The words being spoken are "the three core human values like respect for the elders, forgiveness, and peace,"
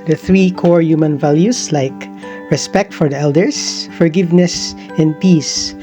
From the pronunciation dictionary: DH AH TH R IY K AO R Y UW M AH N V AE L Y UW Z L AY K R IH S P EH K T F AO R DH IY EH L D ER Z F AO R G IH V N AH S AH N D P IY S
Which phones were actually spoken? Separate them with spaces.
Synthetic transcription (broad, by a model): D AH TH R IY K AO R Y UW M AH N V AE L Y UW S L AY K R IH S P EH K T F AO R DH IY EH L D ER S F AO R G IH V N AH S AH N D P IY S